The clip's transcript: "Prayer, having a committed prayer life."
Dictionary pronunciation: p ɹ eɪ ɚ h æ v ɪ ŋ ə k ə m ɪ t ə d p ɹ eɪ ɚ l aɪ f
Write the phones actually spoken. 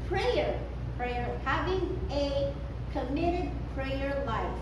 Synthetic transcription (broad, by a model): p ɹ eɪ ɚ h æ v ɪ ŋ ə k ə m ɪ t ə d p ɹ eɪ ɚ l aɪ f